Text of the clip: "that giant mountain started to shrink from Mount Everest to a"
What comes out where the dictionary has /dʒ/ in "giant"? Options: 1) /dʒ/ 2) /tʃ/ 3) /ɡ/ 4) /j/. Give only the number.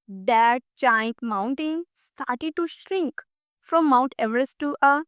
2